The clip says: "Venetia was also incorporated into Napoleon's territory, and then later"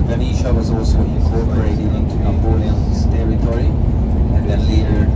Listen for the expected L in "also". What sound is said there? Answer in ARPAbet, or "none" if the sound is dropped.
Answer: L